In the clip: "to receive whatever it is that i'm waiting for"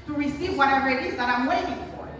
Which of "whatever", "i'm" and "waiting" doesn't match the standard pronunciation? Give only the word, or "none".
none